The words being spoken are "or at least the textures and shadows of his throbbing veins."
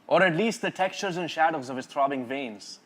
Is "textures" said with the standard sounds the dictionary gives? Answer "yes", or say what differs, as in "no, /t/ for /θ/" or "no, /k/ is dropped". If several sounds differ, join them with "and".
yes